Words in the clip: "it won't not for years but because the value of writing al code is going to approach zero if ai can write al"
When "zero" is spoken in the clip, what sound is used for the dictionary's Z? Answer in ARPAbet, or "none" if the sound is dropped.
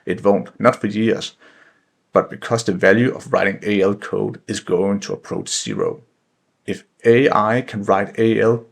S